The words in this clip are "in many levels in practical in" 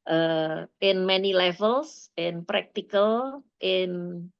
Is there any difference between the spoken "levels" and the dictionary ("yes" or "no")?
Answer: yes